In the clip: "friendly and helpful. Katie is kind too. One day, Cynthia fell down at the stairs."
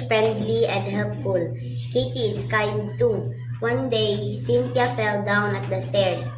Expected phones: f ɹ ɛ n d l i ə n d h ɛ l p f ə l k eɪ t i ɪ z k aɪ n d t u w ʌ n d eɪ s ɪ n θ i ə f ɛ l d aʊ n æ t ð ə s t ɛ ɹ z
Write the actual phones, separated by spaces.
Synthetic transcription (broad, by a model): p ɹ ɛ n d l i ə n d h ɛ l p f ə l k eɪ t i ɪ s k aɪ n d t u w ʌ n d eɪ s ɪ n t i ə f ɛ l d aʊ n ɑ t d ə s t ɛ ɹ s